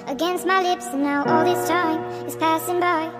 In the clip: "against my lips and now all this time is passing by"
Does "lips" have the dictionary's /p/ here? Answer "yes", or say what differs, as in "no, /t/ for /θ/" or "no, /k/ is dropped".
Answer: yes